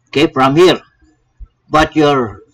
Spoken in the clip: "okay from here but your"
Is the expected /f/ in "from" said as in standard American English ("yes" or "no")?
no